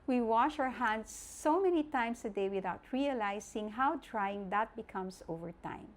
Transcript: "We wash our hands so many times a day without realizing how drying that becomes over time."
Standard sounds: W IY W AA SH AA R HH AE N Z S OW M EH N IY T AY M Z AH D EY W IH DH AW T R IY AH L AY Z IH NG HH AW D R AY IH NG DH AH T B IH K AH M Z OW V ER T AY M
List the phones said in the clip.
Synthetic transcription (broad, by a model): W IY W AA SH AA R HH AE N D S OW M EH N IY T AY M S AH D EY W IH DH AW T R IY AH L AY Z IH NG HH AW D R AY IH NG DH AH T B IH K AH M S OW V ER T AY M